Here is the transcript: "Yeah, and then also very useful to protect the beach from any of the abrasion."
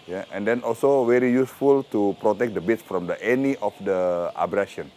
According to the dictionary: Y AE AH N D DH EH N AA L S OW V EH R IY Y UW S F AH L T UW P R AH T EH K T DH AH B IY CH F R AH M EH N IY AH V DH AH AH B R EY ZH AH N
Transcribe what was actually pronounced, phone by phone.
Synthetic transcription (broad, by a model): Y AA AH N D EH N AA L S OW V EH R IY Y UW S F AH L T UW P R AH T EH K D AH B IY S F R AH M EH N IY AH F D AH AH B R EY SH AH N